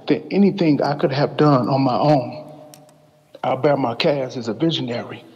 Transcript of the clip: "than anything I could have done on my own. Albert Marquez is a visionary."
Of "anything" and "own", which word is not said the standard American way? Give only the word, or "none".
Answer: none